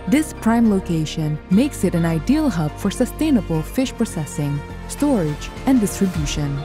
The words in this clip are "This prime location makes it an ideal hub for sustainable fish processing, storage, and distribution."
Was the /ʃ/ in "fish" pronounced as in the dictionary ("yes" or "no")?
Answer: yes